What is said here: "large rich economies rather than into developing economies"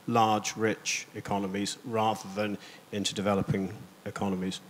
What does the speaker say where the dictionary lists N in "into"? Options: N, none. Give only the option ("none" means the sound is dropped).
N